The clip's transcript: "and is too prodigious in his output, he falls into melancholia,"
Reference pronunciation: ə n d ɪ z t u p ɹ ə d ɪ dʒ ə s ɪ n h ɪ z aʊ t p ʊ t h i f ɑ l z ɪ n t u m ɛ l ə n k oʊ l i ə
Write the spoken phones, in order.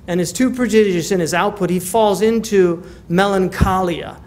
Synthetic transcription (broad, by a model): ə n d ɪ z t u p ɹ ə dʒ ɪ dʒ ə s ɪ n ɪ z aʊ t p ʊ t h i f ɑ l z ɪ n t u m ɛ l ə n k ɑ l i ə